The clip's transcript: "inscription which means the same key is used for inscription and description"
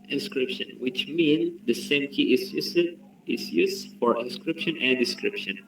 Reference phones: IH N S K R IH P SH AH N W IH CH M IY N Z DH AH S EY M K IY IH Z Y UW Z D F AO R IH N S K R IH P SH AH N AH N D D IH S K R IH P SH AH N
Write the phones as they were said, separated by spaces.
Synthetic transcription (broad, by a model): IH N S K R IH P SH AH N W IH CH M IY N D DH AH S EY M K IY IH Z Y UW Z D F AO R IH N S K R IH P SH AH N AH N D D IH S K R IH P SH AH N